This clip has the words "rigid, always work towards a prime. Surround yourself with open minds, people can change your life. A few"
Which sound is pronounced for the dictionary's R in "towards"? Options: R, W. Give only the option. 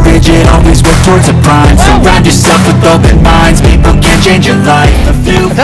R